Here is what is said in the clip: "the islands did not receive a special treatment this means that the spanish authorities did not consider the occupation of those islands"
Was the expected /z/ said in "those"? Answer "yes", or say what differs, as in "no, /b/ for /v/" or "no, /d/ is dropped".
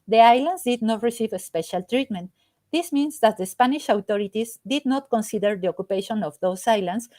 no, /s/ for /z/